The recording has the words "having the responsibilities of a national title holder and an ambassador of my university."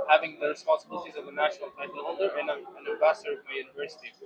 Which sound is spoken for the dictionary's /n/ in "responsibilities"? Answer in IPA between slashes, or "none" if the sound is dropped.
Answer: /n/